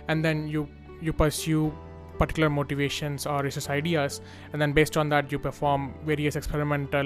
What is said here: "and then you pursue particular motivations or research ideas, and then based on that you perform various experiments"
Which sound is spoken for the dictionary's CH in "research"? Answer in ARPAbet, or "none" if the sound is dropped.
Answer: S